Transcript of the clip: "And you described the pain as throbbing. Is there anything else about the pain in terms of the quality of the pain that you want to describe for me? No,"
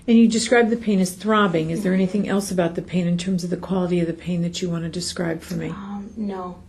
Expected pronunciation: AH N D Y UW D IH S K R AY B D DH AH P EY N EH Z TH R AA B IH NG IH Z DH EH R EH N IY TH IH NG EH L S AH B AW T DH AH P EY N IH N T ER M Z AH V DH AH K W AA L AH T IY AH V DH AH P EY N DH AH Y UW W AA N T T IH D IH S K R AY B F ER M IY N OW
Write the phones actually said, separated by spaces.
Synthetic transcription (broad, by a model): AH N Y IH D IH S K R AY B DH AH P EY N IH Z TH R AA B IH NG IH Z DH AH R EH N IY TH IH NG EH L S AH B AW T DH AH P EY N IH N T ER M Z AH V DH AH K W AA L AH T IY AH V DH AH P EY N DH AH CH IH W AA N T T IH D IH S K R AY B F ER M IY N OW